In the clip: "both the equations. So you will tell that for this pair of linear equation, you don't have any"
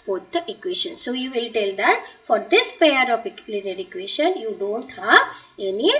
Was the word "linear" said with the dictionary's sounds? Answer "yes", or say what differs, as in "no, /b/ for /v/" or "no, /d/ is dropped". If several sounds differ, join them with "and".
no, /l/ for /n/